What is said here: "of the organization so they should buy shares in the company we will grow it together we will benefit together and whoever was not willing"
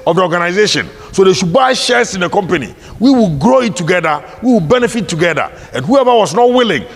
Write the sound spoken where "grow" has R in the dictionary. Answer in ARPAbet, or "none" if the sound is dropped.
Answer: R